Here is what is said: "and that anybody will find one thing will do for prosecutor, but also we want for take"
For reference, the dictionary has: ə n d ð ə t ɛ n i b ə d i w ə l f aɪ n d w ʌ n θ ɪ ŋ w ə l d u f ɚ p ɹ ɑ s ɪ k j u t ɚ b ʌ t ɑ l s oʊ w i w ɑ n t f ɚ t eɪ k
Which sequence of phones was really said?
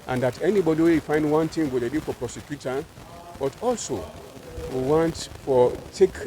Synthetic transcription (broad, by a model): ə n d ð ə t ɛ n i b ə d i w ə w f aɪ n d w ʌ n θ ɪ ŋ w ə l d u f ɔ p ɹ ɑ s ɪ k j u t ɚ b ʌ t ɑ l s oʊ w i w ɑ n t f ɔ t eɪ k